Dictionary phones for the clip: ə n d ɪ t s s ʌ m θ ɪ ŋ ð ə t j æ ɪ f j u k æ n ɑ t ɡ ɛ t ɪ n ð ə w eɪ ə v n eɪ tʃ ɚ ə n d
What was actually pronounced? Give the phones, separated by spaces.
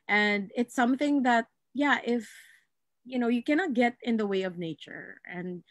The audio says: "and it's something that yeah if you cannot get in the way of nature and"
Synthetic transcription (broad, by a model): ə n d ɪ t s s ʌ m θ ɪ ŋ ð ə t j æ ɪ f j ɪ k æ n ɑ t ɡ ɛ t ɪ n ð ə w eɪ ə v n eɪ tʃ ɚ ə n